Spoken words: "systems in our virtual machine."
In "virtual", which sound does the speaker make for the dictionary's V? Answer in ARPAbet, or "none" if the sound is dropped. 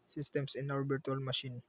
B